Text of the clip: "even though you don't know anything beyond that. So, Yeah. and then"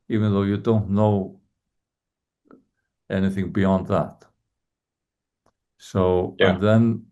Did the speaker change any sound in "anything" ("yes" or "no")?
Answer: no